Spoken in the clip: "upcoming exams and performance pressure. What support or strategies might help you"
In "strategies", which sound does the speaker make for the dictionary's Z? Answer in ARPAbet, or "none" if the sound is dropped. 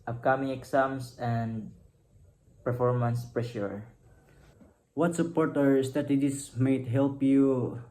S